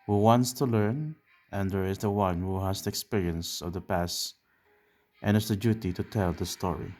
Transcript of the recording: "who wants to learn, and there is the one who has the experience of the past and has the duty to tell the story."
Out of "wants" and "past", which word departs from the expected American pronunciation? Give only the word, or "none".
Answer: none